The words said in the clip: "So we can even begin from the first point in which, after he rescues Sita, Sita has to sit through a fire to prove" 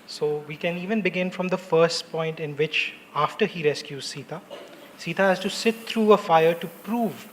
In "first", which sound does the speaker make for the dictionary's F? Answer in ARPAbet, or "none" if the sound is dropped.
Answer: F